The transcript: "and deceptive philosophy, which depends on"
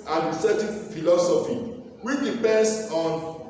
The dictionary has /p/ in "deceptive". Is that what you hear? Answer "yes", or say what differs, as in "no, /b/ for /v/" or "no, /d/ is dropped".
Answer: no, /p/ is dropped